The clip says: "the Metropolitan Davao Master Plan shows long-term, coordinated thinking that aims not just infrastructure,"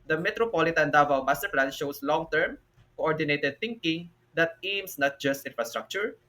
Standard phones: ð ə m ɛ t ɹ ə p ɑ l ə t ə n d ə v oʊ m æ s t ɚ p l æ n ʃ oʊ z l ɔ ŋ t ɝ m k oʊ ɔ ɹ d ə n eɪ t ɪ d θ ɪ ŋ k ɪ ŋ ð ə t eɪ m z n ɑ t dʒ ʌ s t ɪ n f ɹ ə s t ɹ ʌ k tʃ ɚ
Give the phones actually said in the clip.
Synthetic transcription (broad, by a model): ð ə m ɛ t ɹ ə p ɑ l ə t ə n d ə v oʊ m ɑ s t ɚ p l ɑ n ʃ oʊ s l ɔ ŋ t ɝ m k oʊ ɔ ɹ d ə n eɪ t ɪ d θ ɪ ŋ k ɪ ŋ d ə t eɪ m s n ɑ t dʒ ʌ s t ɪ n f ɹ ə s t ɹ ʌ k tʃ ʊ